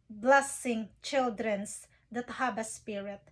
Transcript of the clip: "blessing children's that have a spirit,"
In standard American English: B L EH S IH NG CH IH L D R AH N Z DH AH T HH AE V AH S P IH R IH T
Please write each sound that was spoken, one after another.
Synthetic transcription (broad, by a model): B L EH S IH NG CH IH L D R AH N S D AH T HH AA B AH S P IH R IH T